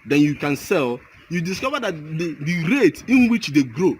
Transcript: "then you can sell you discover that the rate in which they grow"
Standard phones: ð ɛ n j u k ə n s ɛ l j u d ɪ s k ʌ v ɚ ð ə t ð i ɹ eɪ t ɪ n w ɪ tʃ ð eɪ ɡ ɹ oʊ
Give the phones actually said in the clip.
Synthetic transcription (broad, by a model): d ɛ n j u k ə n s ɛ l j u d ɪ s k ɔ v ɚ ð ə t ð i ɹ eɪ t ɪ n w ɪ tʃ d eɪ ɡ ɹ oʊ